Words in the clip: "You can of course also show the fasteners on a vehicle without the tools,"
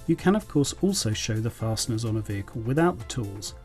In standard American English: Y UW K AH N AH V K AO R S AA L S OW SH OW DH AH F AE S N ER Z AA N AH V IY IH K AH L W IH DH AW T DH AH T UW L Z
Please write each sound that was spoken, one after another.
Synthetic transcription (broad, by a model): Y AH K AH N AH V K AO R S AA L S OW SH OW DH AH F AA S N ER Z N AH V IY IH K AH L W IH DH AW T DH AH T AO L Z